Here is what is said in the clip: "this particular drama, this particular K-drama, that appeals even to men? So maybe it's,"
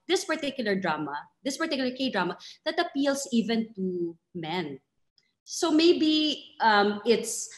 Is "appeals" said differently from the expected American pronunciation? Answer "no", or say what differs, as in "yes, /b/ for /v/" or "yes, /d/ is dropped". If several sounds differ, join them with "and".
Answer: yes, /s/ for /z/